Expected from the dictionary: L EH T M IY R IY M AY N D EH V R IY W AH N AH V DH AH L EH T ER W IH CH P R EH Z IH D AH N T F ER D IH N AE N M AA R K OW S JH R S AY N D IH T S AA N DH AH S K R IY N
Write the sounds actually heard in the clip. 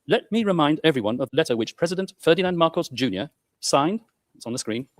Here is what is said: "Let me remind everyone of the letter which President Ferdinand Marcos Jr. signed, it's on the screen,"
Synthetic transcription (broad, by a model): L EH T M IY R IY M AY N D EH V R IY W AH N AH V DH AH L EH T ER W IH CH P R EH Z IH D AH N T F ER D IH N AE N M AA R K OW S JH R S AY N D IH T S N DH AH S K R IY N